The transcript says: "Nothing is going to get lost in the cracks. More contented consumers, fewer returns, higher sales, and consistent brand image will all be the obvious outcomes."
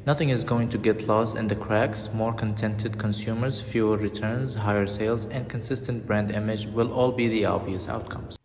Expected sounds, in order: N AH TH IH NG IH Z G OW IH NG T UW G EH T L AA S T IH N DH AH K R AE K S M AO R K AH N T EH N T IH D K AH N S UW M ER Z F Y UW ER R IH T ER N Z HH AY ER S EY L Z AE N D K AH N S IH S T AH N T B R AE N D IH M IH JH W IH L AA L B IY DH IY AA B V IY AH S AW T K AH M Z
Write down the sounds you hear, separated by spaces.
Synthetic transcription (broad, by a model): N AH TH IH NG IH Z G OW IH NG T UW G EH T L AA S T IH N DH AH K R AE K S M AO R K AH N T EH N T IH D K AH N S UW M ER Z F Y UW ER R IH T ER N Z HH AY ER S EY L Z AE N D K AH N S IH S T AH N T B R AE N D IH M IH JH W IH L AA L B IY DH IY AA V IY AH S AW T K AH M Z